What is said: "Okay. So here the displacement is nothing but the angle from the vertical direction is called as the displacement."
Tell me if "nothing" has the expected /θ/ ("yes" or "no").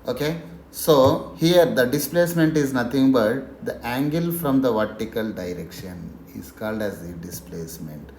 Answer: no